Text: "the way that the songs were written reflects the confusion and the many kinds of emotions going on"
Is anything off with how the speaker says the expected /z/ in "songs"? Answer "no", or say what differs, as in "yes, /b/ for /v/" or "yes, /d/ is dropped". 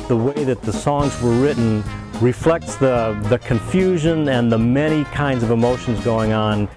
no